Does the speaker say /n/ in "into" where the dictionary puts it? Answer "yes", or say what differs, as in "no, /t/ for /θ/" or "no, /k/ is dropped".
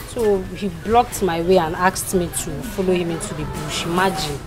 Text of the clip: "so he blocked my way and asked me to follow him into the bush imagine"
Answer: yes